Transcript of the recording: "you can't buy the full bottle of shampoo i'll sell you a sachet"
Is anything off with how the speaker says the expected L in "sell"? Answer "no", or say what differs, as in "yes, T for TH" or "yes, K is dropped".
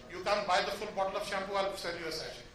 yes, N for L